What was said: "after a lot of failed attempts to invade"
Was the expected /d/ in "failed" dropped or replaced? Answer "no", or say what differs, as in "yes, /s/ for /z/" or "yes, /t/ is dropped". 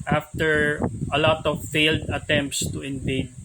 no